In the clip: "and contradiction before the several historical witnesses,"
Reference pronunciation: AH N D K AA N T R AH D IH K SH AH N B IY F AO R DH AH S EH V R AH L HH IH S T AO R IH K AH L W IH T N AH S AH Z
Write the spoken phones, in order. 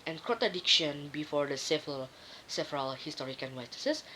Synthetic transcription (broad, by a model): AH N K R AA T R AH D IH K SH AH N B IY F AO R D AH S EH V R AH L HH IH S T AO R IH K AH N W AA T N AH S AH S